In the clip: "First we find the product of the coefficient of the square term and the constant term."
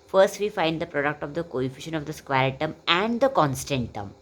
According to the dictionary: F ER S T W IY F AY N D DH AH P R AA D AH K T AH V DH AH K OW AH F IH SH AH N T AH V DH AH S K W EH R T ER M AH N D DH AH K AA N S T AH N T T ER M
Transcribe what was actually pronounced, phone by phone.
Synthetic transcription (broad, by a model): F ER S T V IY F AY N D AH P R AA D AH K T AH V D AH K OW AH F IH SH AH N AH V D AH S K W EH R T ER M AH N D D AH K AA N S T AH N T T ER M